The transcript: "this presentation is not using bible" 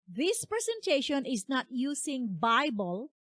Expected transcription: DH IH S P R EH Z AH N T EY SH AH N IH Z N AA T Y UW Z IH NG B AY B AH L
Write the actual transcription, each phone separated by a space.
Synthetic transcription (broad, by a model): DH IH S P R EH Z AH N T EY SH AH N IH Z N AA T Y UW S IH NG B AY B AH L